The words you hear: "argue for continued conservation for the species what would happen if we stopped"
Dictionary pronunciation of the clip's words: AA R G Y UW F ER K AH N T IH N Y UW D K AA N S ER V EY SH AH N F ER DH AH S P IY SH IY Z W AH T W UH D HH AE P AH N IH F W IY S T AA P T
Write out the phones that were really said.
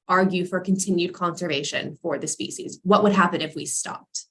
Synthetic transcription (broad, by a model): AA R G Y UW F ER K AH N T IH N Y UW D K AA N S ER V EY SH AH N F ER DH AH S P IY SH IY Z W AH T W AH D HH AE P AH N IH F W IY S T AA P T